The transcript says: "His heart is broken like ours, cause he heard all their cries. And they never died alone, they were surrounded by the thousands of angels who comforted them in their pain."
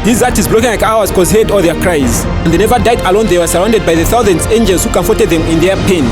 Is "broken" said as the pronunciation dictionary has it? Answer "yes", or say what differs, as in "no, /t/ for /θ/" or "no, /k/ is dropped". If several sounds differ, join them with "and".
no, /l/ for /ɹ/